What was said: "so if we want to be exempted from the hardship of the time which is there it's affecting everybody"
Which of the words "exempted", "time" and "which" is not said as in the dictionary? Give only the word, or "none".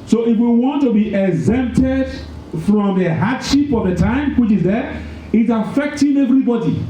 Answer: none